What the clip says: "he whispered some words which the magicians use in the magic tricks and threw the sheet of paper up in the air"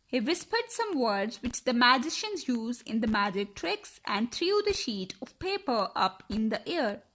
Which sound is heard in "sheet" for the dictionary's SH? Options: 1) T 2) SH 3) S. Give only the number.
2